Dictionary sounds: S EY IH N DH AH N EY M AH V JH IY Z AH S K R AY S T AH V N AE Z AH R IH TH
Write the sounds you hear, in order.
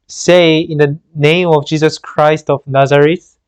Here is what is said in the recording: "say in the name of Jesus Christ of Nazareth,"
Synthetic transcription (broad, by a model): S EY IH N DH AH N EY M AH V JH IY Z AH S K R AY S T AH V N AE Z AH R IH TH